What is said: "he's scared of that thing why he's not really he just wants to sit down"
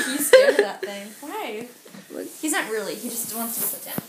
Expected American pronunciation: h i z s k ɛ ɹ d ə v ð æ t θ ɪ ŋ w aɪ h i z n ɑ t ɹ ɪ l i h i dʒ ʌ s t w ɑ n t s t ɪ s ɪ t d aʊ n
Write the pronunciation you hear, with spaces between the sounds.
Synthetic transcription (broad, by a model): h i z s ɛ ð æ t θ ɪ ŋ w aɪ h i z n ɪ t ɹ ɪ l i h i dʒ ʌ s t w ɑ n t s t ɪ s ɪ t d aʊ n